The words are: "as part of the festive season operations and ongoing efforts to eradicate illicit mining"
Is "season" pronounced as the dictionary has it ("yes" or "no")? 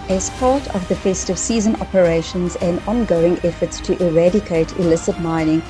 yes